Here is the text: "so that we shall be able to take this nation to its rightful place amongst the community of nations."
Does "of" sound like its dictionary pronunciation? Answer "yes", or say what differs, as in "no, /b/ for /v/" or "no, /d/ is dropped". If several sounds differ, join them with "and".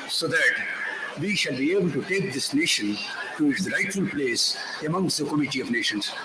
yes